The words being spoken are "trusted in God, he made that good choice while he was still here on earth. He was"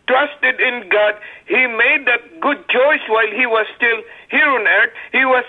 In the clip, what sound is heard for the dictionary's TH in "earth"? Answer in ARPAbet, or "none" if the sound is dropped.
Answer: T